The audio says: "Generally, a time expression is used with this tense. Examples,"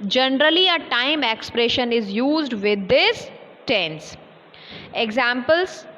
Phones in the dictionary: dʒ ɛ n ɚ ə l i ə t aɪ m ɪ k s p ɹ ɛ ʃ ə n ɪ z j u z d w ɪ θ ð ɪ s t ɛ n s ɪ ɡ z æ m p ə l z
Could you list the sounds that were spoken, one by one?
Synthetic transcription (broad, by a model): dʒ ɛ n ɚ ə l i ə t aɪ m ɪ k s p ɹ ɛ ʃ ə n ɪ z j u z d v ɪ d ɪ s t ɛ n s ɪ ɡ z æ m p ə l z